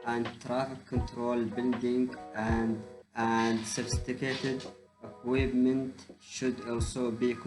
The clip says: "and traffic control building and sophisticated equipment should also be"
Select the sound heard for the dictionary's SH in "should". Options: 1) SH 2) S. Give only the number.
1